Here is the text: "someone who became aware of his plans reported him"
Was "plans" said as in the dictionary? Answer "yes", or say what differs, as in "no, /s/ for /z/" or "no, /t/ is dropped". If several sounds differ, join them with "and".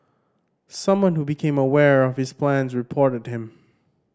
yes